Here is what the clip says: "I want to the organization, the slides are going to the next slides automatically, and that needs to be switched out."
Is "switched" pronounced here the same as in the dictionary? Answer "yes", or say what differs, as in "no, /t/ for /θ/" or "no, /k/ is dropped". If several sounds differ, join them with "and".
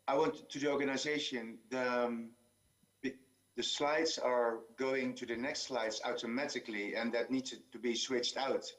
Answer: yes